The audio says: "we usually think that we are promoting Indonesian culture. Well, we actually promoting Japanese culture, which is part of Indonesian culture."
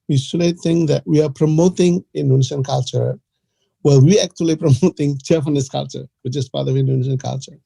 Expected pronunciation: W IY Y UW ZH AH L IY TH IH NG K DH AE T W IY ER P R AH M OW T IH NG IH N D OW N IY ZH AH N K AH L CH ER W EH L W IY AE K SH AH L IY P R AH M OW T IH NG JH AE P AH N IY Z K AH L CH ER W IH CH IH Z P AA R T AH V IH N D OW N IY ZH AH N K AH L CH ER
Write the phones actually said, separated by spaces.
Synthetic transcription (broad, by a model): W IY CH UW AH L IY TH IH NG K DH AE T W IY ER P R AH M OW T IH NG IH N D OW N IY SH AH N K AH L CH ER W EH L W IY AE K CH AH L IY P R AH M OW T IH NG CH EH F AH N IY S K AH L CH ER W IH CH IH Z P AA R T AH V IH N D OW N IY SH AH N K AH L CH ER